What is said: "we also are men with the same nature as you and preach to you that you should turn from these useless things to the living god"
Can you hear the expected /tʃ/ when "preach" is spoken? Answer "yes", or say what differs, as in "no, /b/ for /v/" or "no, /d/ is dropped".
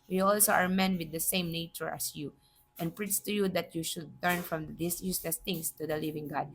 no, /s/ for /tʃ/